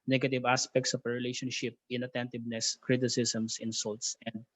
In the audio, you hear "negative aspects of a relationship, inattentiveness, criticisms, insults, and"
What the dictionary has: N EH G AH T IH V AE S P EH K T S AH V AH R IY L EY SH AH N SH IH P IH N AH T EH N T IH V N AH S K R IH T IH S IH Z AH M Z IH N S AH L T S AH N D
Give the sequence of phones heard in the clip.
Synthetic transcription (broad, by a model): N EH G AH T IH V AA S P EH K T S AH P AH R IY L EY SH AH N SH IH P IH N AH T EH N T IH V N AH S K R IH T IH S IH S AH M S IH N S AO L T S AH N D